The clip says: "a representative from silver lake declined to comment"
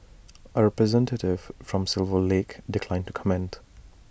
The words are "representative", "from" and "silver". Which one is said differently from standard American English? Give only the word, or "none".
none